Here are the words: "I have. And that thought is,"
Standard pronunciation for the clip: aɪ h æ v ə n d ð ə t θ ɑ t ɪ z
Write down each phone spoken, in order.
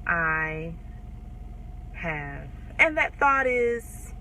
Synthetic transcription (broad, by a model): aɪ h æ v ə n ð ə t θ ɑ t ɪ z